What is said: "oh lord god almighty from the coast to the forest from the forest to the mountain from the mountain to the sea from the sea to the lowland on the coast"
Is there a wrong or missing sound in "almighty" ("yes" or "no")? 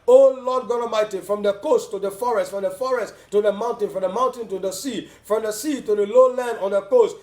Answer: yes